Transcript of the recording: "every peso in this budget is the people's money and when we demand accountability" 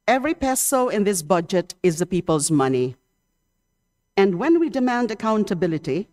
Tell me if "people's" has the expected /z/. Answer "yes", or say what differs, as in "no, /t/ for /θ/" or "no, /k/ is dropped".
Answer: yes